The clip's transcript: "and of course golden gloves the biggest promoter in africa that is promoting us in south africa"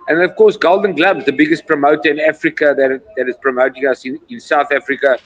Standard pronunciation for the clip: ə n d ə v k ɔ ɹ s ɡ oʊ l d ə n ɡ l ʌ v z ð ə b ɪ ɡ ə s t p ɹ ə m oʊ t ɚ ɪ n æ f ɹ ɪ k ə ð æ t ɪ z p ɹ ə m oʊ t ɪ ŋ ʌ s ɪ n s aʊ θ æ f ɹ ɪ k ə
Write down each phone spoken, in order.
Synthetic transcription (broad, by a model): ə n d ə v k ɔ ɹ s ɡ oʊ l d ə n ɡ l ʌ b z ð ə b ɪ ɡ ə s t p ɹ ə m oʊ t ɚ ɪ n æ f ɹ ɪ k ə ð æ t ɪ z p ɹ ə m oʊ t ɪ ŋ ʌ s ɪ n s aʊ θ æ f ɹ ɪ k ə